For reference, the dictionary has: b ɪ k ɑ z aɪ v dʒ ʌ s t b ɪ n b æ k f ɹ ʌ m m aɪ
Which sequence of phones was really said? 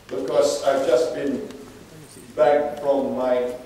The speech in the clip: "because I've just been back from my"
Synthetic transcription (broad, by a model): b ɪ k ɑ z aɪ v dʒ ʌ s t b ɪ n b æ k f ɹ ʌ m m aɪ